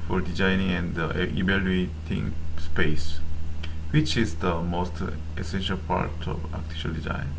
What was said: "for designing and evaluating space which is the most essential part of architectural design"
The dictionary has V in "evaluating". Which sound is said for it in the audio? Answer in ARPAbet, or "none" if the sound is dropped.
B